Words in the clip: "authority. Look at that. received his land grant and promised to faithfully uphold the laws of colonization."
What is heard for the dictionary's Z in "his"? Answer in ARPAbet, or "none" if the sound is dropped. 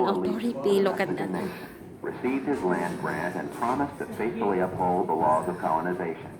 Z